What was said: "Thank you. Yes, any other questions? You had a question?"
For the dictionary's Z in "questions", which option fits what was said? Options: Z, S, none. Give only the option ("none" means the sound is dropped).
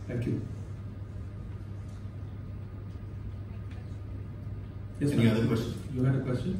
none